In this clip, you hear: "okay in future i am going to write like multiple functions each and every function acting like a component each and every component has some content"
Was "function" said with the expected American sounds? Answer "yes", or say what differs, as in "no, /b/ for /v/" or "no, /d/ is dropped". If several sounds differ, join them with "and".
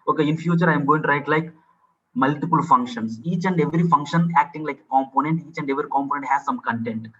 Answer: yes